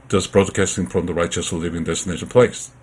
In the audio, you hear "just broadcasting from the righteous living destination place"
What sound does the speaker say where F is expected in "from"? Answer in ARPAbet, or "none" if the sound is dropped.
F